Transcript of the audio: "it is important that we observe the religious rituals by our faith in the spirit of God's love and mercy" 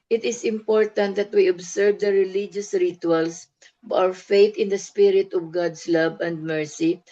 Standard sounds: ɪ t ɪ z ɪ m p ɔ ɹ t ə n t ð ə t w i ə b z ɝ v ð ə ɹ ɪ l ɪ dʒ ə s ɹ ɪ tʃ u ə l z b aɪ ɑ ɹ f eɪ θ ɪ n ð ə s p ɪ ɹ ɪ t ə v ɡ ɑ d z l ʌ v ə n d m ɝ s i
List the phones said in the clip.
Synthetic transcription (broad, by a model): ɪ t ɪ s ɪ m p ɔ ɹ t ə n t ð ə t w i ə b s ɝ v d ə ɹ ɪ l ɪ dʒ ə s ɹ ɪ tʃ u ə l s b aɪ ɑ w f eɪ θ ɪ n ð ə s p ɪ ɹ ɪ t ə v ɡ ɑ d s l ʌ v ə n d m ɝ s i